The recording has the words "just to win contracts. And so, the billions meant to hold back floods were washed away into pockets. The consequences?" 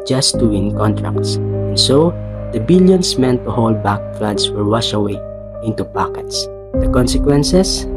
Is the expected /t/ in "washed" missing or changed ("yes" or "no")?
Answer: yes